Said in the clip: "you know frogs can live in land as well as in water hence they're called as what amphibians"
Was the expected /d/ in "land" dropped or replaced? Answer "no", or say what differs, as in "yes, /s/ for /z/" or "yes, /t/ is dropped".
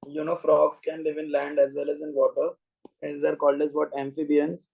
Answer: no